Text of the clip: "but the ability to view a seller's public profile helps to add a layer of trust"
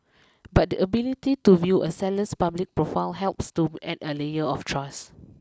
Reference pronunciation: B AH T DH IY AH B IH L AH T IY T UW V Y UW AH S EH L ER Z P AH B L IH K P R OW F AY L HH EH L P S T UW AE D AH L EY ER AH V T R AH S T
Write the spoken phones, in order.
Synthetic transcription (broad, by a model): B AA T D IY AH B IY L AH T IY T UW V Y AH S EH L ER S P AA B L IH K P R OW F AY L HH EH L P S T UW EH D AH L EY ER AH F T R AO S